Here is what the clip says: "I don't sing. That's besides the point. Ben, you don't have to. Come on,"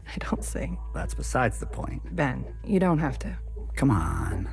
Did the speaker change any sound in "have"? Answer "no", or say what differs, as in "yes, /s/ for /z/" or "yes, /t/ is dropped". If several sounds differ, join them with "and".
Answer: yes, /f/ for /v/